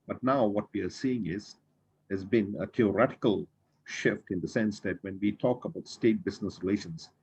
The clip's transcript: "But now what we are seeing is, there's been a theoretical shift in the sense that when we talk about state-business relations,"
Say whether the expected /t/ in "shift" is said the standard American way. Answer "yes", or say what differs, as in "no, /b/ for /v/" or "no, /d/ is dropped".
yes